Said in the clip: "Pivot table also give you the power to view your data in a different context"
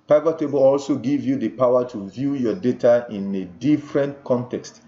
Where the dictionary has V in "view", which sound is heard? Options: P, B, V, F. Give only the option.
V